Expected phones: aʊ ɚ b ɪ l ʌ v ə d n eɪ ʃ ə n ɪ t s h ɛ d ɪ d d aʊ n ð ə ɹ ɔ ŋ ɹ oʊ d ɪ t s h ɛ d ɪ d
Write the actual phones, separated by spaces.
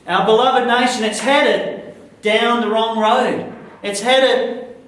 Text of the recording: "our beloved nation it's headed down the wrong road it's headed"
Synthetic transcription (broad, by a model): aʊ ɚ b ɪ l ʌ v ə d n eɪ ʃ ə n ɪ t s h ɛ d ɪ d d aʊ n ð ə ɹ ɔ ŋ ɹ oʊ d ɪ t s h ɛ d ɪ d